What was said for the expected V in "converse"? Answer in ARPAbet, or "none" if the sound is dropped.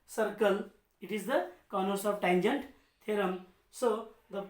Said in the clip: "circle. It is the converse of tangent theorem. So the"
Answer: none